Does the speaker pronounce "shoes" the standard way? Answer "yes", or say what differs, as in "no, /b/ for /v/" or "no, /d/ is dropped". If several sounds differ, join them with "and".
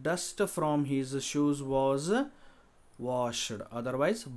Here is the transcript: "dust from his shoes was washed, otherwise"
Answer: yes